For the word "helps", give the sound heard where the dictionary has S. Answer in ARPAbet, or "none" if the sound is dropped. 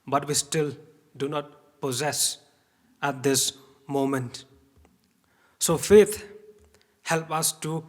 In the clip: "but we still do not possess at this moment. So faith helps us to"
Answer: none